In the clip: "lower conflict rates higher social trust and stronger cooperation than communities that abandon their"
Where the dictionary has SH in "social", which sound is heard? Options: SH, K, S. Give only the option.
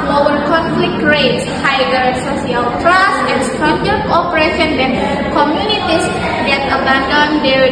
S